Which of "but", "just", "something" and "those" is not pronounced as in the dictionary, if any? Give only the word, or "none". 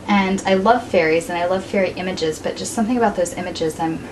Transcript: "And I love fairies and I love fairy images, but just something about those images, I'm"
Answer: none